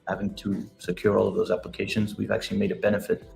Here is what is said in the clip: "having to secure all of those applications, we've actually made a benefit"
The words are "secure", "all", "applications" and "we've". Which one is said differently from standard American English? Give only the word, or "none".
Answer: none